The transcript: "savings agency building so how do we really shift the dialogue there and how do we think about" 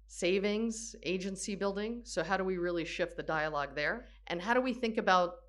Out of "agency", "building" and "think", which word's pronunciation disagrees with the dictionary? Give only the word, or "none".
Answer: none